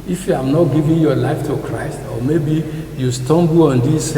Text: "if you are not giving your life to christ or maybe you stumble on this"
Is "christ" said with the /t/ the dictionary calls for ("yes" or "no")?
yes